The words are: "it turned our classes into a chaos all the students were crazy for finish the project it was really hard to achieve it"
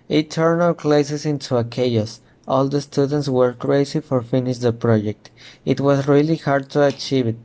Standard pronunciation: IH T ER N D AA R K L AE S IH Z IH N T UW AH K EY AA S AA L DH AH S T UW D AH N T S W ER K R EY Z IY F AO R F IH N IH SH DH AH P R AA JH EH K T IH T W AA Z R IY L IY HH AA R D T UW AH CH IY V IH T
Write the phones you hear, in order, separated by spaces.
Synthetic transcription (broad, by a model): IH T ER N AA L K L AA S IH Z IH N T UW AH K EY AA S AA L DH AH S T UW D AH N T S W ER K R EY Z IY F AO R F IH N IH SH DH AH P R AA JH EH K T IH T W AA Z R IY L IY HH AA R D T UW AH CH IY V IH T